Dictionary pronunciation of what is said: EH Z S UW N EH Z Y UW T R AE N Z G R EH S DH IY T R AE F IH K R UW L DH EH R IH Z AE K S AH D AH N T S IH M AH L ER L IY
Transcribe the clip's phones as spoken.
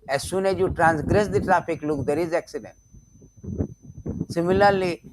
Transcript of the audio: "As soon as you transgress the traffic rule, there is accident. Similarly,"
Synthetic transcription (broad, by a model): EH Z S UW N EH Z Y UW T R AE N S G R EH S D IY T R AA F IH K L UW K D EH R IH Z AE K S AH D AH N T S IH M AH L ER L IY